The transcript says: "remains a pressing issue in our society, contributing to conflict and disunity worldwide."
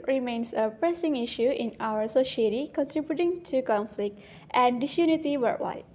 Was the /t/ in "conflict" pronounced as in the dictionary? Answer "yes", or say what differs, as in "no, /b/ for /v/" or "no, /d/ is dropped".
yes